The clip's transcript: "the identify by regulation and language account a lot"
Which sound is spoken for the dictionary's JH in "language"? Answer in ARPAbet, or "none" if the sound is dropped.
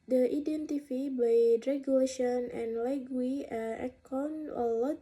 none